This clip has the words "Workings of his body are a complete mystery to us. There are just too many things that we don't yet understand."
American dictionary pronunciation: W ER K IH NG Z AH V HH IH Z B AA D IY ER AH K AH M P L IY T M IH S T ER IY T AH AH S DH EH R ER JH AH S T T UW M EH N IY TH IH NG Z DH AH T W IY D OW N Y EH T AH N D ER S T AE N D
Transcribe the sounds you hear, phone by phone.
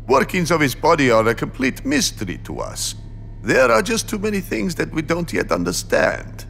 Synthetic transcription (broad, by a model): W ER K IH NG Z AH V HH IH Z B AA D IY ER AH K AH M P L IY T M IH S T ER IY T AH AH S DH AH R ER JH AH S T T UW M EH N IY TH IH NG Z DH AH T W IY D OW N Y EH T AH N D ER S T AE N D